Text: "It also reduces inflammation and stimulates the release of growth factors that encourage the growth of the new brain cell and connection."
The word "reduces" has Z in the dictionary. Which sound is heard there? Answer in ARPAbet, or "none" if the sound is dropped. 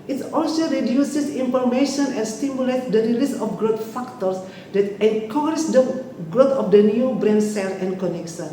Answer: S